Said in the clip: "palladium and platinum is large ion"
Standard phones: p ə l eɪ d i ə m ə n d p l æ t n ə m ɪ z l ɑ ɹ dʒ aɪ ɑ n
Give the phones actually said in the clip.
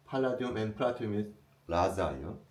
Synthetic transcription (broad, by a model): p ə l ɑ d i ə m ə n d p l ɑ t ə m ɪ s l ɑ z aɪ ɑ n